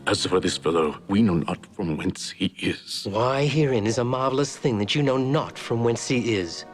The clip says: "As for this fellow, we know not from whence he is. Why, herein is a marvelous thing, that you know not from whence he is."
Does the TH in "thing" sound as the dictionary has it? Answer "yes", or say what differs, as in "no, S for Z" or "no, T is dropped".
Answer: yes